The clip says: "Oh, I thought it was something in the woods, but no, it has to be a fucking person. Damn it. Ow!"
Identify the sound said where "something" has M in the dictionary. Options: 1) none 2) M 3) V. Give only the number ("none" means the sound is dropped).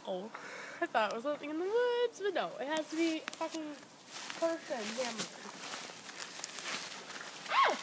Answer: 1